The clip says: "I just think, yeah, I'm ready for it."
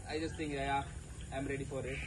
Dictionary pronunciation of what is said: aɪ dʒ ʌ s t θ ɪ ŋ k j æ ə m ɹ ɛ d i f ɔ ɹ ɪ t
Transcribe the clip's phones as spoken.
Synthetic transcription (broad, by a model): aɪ dʒ ʌ s t t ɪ ŋ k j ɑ ə m ɹ ɛ d i f ɔ ɹ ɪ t